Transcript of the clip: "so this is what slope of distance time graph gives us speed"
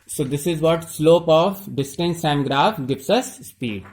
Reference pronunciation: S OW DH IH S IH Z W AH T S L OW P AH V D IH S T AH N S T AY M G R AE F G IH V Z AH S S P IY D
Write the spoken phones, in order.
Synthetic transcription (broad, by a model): S OW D IH S IH Z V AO T S L OW P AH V D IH S T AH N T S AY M G R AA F G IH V S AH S S P IY D